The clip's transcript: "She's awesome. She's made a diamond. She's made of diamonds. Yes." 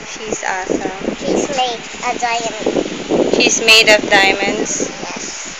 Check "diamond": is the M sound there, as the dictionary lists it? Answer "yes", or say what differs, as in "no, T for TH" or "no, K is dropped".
no, M is dropped